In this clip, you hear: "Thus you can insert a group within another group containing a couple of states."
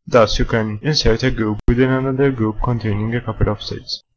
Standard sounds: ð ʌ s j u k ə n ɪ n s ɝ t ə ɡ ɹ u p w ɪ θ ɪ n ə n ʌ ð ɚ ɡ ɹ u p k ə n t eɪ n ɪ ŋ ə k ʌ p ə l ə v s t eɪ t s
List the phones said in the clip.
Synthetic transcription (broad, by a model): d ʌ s j u k ə n ɪ n s ɝ t ə ɡ ɹ u p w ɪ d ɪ n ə n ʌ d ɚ ɡ ɹ u p k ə n t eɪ n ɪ ŋ ə k ʌ p ə l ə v s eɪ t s